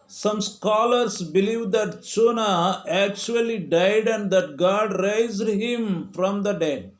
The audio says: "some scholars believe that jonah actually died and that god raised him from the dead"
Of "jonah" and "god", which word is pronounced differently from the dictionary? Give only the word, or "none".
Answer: jonah